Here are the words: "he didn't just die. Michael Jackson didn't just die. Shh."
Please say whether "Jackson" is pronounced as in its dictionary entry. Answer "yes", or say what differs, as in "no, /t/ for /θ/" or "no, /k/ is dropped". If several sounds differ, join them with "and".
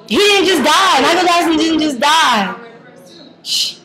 no, /k/ is dropped